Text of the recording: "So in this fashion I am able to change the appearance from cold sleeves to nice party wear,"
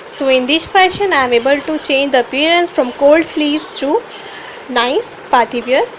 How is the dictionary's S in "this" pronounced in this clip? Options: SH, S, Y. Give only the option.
SH